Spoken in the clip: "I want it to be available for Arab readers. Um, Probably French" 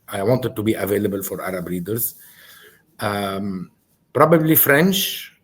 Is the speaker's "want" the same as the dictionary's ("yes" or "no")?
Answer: yes